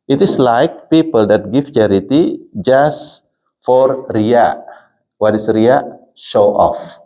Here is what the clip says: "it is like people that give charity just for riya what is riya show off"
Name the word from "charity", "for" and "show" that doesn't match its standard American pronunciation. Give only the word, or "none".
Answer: none